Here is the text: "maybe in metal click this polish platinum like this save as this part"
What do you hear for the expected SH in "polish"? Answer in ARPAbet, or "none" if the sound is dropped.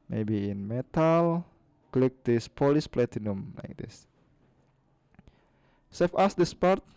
S